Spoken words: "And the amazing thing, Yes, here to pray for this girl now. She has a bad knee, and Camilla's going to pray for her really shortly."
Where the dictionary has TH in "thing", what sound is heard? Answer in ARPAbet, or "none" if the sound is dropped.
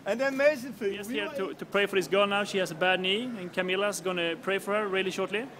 F